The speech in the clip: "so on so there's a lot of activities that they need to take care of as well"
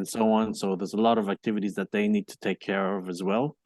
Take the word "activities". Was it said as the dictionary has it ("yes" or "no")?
yes